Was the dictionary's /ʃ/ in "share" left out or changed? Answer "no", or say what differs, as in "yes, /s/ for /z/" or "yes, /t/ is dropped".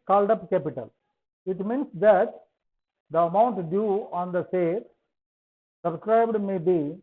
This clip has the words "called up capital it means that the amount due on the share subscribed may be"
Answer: yes, /s/ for /ʃ/